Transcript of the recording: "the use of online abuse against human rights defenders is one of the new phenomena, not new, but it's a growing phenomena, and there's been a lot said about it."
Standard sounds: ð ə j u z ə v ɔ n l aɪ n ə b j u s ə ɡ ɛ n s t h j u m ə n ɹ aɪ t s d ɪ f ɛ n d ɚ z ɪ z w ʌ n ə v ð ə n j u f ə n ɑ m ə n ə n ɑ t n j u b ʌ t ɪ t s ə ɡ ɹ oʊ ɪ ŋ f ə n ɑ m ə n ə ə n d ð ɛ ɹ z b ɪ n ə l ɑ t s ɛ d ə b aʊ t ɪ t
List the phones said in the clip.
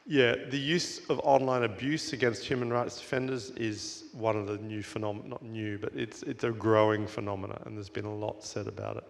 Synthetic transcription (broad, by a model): ð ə j u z ə v ɔ n l aɪ n ə b j u s ə ɡ ɛ n s t h j u m ə n ɹ aɪ t s d ɪ f ɛ n d ɚ z ɪ z w ʌ n ə v ð ə n j u f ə n ɑ m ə n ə t n j u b ʌ t ɪ t s ə ɡ ɹ oʊ ɪ ŋ f ə n ɑ m ə n ə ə n ð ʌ ɹ z b ɪ n ə l ɑ t s ɛ d ə b aʊ t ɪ t